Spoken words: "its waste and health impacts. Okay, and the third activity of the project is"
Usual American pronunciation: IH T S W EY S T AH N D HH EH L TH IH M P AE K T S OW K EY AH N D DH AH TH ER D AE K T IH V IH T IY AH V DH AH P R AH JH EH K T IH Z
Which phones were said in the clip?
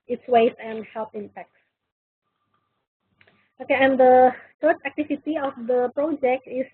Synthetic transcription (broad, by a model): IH T S W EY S AH N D HH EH L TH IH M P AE K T S OW K EY AH N D AH T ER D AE K T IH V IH T IY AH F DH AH P R AH JH EH K T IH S